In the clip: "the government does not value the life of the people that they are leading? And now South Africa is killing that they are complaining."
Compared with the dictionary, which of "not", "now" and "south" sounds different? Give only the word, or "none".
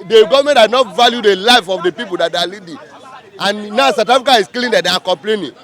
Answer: south